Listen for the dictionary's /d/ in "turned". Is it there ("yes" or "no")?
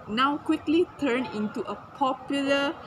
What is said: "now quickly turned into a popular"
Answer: no